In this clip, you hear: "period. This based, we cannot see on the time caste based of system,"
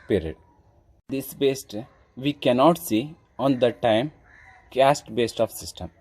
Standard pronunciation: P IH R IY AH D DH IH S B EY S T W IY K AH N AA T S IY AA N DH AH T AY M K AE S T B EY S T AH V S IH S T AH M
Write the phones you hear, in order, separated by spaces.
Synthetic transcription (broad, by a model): P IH R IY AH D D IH S B EY S T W IY K AH N AA T S IY AA N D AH T AY M K AE S T B EY S T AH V S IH S T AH M